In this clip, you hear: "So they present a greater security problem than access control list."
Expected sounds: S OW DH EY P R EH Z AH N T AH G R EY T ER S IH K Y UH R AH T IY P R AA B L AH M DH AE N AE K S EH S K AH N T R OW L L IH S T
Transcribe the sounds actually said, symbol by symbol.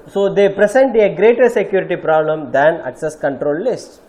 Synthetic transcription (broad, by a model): S OW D EY P R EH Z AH N T AH G R EY T ER S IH K Y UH R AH T IY P R AA B L AH M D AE N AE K S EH S K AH N T R OW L L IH S T